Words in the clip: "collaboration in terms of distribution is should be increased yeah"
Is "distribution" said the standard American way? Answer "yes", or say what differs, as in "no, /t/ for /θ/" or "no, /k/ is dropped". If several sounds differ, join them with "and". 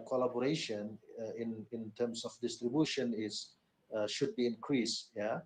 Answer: yes